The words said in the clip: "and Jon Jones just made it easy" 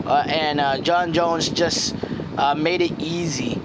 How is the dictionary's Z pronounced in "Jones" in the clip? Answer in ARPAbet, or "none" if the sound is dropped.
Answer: Z